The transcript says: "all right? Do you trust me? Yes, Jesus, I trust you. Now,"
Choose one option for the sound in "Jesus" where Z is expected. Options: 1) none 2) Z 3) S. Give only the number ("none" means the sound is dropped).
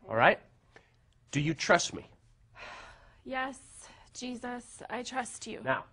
2